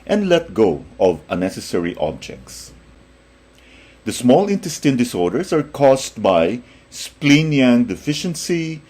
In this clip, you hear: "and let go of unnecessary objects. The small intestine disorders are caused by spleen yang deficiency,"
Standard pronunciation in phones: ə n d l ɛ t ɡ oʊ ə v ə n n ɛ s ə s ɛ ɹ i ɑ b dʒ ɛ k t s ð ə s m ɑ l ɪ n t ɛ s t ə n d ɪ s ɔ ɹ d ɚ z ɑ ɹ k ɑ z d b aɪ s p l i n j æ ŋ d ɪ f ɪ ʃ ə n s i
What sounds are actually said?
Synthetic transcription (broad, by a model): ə n d l ɛ t ɡ oʊ ə v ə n n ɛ s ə s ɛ ɹ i ɑ b dʒ ɛ k t s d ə s m ɑ l ɪ n t ɛ s t ə n d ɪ s ɔ ɹ d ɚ s ɑ ɹ k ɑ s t b aɪ s p l i n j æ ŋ d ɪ f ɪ ʃ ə n s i